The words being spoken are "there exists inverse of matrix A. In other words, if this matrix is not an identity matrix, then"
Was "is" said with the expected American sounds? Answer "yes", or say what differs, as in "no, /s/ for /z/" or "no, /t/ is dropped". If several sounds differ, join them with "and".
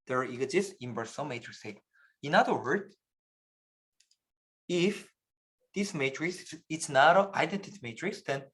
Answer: no, /s/ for /z/